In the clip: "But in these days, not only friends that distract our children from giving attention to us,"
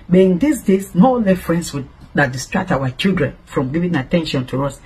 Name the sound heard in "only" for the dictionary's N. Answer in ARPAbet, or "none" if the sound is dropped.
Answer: none